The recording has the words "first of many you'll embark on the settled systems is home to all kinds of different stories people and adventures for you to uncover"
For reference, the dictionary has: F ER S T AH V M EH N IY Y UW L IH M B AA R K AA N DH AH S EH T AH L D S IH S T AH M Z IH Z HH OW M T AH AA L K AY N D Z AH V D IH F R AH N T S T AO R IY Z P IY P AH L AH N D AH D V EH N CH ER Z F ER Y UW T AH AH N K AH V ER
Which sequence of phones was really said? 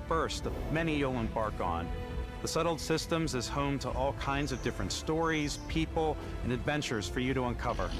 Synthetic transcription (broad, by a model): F ER S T AH V M EH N IY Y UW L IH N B AA R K AA N DH AH S EH T L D S IH S T AH M Z IH Z HH OW M T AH AA L K AY N D Z AH V D IH F R AH N T S T AO R IY Z P IY P L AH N AH D V EH N CH ER Z F ER Y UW T AH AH N K AH V ER